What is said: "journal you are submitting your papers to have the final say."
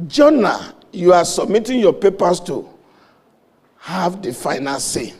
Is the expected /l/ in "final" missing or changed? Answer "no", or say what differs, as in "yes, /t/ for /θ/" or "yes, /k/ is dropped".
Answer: yes, /n/ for /l/